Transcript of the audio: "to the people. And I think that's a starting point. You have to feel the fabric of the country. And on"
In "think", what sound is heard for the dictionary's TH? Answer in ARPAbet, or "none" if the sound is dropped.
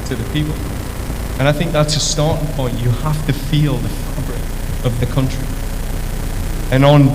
TH